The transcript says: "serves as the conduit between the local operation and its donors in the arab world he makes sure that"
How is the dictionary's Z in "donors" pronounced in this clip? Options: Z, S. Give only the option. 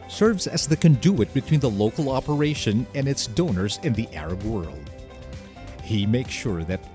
Z